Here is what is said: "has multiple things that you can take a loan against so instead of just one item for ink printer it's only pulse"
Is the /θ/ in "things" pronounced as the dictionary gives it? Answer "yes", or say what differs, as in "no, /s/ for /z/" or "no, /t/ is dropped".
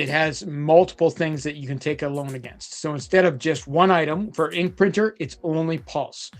yes